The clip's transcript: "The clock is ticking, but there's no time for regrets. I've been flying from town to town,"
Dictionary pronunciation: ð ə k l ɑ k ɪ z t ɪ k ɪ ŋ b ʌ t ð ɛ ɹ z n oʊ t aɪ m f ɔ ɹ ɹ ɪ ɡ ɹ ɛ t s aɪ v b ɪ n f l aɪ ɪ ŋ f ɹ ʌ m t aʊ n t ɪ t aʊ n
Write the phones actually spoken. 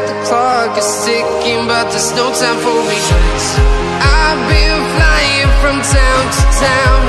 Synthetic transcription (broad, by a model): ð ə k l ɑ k ɪ z s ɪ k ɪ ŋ b ʌ t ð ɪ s n oʊ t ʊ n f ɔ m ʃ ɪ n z t aɪ b ɪ n f l aɪ ɪ ŋ f ɹ ʌ m t aʊ n t ɪ t aʊ n